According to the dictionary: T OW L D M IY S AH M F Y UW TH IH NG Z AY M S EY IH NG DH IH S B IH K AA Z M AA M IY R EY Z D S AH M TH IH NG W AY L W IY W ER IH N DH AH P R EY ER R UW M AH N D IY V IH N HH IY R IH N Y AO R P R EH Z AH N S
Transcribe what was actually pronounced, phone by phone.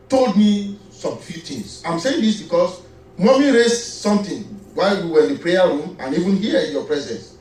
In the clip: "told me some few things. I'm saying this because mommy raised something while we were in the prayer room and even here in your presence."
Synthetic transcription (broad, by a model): T OW L D M IY S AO M F Y UW T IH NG S AY M S EY IH NG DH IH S B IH K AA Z M AA M IY R EY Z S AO M T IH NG W AY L W IY W ER IH N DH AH P R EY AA R UW M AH N IY V IH N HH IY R IH N Y AO P R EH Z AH N S